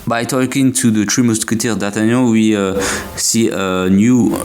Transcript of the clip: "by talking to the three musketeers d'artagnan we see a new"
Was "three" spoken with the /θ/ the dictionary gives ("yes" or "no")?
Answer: no